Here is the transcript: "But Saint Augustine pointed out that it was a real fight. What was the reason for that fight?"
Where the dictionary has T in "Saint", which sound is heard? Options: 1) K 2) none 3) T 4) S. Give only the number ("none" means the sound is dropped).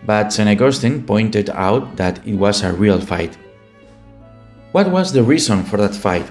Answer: 2